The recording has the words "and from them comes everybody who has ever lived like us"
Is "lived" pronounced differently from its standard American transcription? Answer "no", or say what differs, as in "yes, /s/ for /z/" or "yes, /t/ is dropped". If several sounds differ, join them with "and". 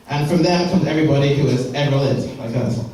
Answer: yes, /v/ is dropped